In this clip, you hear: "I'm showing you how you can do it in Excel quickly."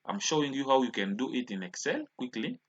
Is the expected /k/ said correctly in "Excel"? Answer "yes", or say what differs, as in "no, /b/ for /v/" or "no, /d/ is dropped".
yes